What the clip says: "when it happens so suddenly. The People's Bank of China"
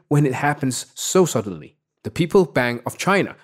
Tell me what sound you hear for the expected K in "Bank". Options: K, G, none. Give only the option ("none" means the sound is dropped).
none